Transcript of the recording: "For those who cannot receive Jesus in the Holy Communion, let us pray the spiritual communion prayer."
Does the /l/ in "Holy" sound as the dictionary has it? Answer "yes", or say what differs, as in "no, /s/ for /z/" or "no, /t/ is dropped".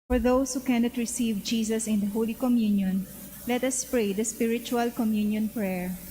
yes